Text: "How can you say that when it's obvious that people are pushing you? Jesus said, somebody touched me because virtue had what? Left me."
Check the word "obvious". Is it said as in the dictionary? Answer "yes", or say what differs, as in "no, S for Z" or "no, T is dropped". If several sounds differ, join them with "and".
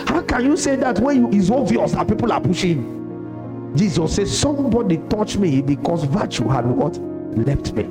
no, B is dropped